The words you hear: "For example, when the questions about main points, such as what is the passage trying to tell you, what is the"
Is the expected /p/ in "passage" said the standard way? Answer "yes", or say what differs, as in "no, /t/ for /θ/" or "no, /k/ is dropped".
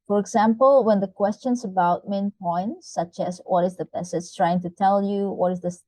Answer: no, /b/ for /p/